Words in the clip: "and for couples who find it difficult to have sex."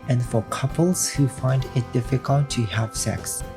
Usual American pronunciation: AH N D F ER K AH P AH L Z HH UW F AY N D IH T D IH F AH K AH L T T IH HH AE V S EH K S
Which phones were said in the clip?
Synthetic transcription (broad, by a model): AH N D F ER K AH P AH L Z HH UW F AY N D IH T D IH F AH K AH L T T IH HH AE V S EH K S